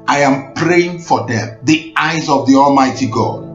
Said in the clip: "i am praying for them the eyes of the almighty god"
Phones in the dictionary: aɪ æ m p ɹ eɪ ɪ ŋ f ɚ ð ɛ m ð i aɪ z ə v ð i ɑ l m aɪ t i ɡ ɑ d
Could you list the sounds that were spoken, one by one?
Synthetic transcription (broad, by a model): aɪ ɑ m p ɹ eɪ ɪ ŋ f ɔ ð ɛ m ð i aɪ z ə v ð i ɑ l m aɪ t i ɡ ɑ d